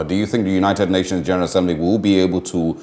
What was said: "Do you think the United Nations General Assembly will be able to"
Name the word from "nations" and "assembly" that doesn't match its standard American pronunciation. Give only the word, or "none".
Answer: none